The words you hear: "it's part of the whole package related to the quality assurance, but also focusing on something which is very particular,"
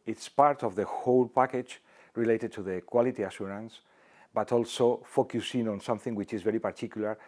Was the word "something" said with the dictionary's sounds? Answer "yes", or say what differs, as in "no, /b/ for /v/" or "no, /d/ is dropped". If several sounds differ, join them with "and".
yes